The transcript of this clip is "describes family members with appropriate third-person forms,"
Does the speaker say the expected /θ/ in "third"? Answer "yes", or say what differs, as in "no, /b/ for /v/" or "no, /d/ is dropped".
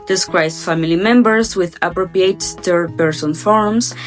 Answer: no, /t/ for /θ/